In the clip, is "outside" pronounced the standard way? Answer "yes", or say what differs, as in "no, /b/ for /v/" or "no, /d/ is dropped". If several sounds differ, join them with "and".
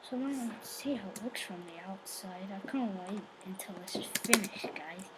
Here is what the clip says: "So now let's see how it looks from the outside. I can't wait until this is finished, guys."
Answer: yes